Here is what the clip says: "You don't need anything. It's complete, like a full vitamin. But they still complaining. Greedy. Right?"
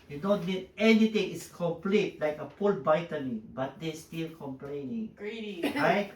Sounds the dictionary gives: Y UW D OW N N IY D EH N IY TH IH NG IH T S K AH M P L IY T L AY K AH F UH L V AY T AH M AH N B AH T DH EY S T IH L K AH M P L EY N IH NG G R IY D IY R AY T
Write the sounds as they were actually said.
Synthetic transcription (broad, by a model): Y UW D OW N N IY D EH N IY T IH NG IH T S K AH M P L IY T L AY K AH P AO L B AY T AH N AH B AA T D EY S T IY L K AH M P L EY N IH NG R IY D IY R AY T